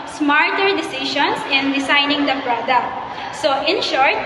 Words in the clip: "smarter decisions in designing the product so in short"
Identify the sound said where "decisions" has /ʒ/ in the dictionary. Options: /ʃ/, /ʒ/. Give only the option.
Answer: /ʃ/